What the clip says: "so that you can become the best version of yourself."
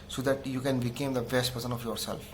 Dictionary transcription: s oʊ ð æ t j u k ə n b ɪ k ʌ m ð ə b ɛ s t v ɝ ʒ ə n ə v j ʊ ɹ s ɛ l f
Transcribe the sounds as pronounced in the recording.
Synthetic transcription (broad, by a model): s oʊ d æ t j u k ə n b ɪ k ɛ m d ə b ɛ s t p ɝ s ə n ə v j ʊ ɹ s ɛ l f